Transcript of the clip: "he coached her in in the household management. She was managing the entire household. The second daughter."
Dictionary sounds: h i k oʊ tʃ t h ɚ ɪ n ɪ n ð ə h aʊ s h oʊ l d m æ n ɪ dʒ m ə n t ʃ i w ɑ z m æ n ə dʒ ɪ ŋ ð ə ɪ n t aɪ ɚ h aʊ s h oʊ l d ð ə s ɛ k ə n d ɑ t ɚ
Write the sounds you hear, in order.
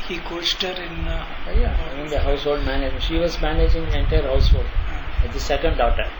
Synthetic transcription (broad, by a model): h i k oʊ s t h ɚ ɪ n ɪ n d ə h aʊ s h oʊ l d m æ n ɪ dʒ ʃ i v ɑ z m æ n ə dʒ ɪ ŋ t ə ɪ n t aɪ ɚ h aʊ s h oʊ l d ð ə s ɛ k ə n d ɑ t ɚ